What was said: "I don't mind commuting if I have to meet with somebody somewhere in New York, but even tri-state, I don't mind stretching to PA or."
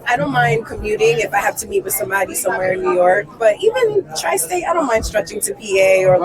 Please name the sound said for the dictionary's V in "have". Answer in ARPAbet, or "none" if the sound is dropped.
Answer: F